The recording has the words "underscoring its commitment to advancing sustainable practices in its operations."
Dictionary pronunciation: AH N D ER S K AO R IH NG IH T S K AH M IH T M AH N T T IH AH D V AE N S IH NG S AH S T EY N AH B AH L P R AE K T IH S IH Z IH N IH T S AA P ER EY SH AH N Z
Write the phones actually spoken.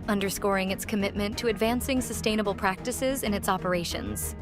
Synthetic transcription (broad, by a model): AH N D ER S K AO R IH NG IH T S K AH M IH T M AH N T T IH AH D V AE N S IH NG S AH S T EY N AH B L P R AE K T IH S IH Z IH N IH T S AA P ER EY SH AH N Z